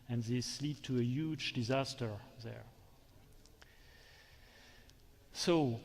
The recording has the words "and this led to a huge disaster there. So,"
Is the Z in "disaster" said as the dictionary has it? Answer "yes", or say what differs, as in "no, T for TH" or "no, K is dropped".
yes